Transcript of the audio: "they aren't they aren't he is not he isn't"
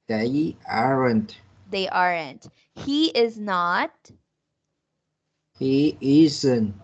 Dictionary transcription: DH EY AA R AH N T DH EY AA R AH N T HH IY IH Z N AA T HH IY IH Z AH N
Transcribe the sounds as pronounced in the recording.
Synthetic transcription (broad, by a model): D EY AA R AH N T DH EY AA R AH N T HH IY IH Z N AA T HH IY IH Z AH N